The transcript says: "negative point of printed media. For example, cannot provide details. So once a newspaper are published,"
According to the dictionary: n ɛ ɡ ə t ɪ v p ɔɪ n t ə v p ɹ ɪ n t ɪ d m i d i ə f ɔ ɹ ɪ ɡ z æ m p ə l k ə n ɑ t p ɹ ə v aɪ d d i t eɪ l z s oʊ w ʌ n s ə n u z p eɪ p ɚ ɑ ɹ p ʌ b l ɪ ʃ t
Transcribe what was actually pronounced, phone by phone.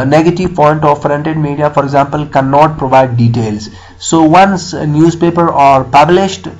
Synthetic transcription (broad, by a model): n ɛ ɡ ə t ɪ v p ɔɪ n t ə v f ɹ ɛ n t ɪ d m i d i ə f ɔ ɹ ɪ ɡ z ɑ m p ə l k ə n ɑ t p ɹ ə v aɪ d d i t eɪ l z s oʊ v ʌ n s n u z p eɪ p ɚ ɑ ɹ p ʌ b l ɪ ʃ t